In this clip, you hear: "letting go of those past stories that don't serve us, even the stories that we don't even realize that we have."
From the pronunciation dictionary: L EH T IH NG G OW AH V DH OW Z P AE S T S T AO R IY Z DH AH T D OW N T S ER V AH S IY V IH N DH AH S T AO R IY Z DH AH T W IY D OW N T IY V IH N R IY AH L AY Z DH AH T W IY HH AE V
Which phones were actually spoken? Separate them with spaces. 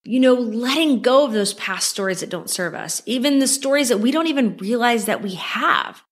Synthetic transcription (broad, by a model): L EH T IH NG G OW AH V DH OW Z P AE S T S T AO R IY Z DH AH T D OW N T S ER V AH S IY V IH N DH AH S T AO R IY Z DH AH T W IY D OW N T IY V IH N R IY AH L AY Z DH AH T W IY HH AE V